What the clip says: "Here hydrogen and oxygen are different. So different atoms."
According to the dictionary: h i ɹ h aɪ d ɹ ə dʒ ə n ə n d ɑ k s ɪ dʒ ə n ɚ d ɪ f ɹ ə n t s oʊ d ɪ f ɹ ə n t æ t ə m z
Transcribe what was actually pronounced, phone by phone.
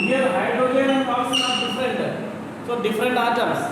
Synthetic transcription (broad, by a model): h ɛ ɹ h aɪ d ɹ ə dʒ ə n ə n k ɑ s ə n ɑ d ɪ f ɹ ə n t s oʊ d ɪ f ɹ ə n t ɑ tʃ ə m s